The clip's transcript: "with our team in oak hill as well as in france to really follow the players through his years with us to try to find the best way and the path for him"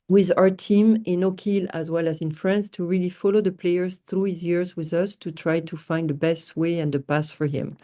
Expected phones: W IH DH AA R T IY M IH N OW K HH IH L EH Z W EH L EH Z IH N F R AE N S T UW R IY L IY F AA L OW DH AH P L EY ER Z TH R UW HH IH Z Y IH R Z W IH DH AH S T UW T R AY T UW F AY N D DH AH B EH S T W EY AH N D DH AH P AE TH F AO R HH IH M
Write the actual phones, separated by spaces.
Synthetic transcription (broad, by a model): W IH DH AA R T IY M IH N OW K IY L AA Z W EH L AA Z IH N F R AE N S T UW R IY L IY F AA L OW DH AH P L EY ER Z TH R UW HH IH Z Y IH R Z W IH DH AH S T UW T R AY T UW F AY N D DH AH B EH S T W EY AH N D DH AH P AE S F AO R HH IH M